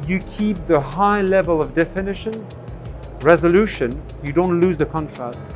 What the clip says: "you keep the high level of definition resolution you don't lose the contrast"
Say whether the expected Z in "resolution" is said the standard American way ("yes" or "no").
yes